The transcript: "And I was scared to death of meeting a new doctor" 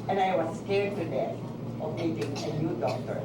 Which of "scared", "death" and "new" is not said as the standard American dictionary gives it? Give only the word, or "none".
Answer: death